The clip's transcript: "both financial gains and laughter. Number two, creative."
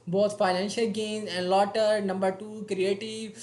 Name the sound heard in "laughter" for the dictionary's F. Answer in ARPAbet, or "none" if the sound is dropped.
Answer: none